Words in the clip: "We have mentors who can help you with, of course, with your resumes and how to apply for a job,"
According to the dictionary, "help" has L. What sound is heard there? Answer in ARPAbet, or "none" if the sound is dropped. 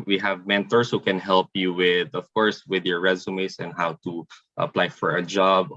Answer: L